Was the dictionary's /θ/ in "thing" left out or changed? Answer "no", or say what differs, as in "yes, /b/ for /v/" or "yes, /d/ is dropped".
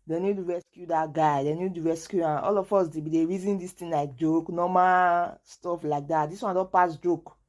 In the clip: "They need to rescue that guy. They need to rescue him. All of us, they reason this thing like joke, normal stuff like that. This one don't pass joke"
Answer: yes, /t/ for /θ/